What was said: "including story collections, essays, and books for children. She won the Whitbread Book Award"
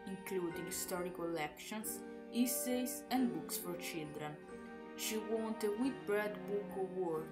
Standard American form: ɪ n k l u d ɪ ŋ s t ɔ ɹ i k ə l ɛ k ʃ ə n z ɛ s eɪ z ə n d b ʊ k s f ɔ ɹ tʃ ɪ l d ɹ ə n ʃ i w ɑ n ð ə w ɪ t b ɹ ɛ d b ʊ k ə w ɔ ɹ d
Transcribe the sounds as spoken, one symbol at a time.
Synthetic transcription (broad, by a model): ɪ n k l u d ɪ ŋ s t ɔ ɹ i k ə l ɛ k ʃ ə n s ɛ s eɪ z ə n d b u k s f ɔ ɹ tʃ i l d ɹ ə n ʃ i w ɑ n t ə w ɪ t b ɹ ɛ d b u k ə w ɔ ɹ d